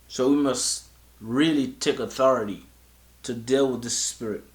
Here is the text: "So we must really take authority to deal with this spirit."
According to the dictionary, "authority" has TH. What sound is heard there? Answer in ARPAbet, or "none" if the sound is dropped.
TH